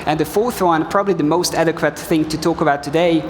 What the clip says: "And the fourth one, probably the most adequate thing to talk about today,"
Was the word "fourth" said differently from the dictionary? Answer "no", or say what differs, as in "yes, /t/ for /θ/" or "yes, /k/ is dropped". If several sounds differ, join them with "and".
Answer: no